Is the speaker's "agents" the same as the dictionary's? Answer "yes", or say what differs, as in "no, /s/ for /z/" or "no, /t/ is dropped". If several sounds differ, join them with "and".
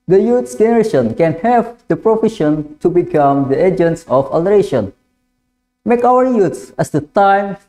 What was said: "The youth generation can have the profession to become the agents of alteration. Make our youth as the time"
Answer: yes